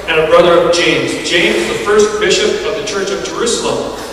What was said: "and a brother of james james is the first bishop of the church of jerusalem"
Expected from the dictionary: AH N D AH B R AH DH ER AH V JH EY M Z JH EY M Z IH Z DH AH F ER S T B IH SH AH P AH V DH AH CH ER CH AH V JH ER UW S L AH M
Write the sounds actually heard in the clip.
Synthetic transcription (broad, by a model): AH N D AH B R AH DH ER AH V JH EY M Z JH EY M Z Z DH AH F ER S T B IH SH AH P AH V DH AH CH ER CH AH V JH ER UW S L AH M